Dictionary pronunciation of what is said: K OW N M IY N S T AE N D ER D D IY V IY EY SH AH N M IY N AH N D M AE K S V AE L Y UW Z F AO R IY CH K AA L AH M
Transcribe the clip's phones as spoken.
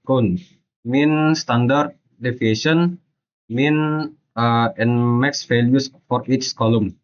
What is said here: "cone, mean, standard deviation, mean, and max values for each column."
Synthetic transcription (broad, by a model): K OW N M IY N S T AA N D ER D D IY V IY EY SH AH N M IY N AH N M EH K S F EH L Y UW S F AO R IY S K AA L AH M